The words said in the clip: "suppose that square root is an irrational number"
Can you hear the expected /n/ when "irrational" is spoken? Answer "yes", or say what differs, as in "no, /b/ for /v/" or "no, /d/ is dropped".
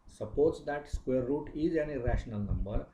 yes